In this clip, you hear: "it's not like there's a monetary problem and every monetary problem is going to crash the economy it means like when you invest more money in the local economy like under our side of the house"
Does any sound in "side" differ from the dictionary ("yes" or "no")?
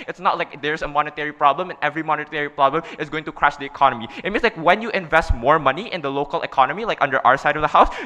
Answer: no